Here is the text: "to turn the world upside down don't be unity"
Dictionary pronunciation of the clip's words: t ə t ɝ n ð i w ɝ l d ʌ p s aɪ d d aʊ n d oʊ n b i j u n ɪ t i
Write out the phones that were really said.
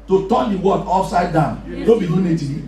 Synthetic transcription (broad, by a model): t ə t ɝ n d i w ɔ d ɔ f s aɪ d d aʊ n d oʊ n b i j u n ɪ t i